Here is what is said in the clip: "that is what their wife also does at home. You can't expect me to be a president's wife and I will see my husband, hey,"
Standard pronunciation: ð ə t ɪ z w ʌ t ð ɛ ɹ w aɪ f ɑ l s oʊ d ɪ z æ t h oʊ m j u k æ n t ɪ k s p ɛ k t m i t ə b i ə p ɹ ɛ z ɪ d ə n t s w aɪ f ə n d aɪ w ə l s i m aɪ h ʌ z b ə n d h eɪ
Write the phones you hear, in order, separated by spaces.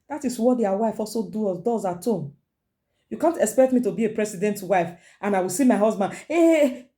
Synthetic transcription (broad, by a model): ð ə t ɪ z w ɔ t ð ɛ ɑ w aɪ f ɑ l s oʊ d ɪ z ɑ t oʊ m j u k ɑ n t ɪ k s p ɛ k t m i t ə b i ə p ɹ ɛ s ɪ d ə n t w aɪ f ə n aɪ w ə l s i m aɪ h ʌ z b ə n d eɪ